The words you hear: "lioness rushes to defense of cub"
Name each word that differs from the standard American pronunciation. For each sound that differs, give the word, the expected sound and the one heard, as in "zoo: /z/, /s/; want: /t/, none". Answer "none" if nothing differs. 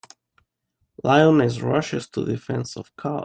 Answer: rushes: /z/, /s/; cub: /b/, none